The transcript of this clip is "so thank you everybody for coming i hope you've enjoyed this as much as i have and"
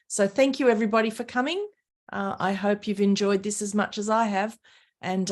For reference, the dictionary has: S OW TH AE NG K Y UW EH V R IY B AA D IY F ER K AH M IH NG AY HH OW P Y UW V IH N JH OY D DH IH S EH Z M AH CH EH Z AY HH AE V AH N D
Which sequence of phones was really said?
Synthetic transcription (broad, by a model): S OW TH AE NG K Y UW EH V R IY B AA D IY F ER K AH M IH NG AY HH OW P Y UW V IH N JH OY D DH IH S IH Z M AH CH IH Z AY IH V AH N